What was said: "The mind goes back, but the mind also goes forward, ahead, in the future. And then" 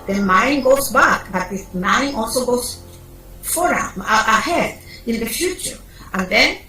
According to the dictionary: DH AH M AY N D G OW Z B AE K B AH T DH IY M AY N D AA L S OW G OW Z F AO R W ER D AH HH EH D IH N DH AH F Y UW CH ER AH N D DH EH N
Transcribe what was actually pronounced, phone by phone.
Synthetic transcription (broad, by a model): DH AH M AY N G OW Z B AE K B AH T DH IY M AY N AA L S OW G OW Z F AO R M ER AH HH EH D IH N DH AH F Y UW CH ER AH N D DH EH N